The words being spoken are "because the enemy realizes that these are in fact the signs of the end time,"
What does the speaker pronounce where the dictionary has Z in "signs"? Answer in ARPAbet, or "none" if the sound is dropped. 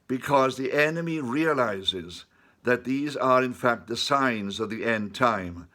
Z